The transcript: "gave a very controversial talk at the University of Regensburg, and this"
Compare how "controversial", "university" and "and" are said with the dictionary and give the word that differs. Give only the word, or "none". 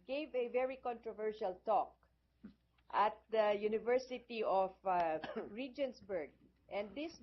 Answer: none